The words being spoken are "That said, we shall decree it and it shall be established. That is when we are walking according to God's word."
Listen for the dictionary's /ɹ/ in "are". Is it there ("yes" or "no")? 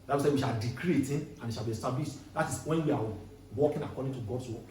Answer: no